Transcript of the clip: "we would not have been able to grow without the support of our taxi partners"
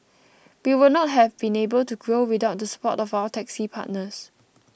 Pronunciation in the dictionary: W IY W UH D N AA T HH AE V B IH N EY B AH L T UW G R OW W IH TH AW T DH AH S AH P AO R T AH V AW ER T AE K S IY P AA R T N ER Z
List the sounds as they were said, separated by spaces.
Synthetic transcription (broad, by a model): W IY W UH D N AA T HH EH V B IH N EY B AH L T UW G R OW W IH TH AW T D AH S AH P AO T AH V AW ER T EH K S IY P AA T N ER S